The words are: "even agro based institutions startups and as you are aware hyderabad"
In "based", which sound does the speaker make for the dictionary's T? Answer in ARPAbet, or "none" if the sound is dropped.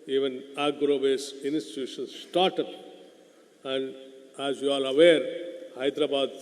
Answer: none